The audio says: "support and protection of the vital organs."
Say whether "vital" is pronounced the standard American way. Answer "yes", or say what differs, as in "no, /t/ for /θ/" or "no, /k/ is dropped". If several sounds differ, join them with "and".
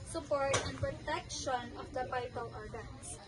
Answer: no, /p/ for /v/